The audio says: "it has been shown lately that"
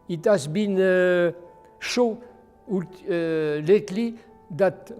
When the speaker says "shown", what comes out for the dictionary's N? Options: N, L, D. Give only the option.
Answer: L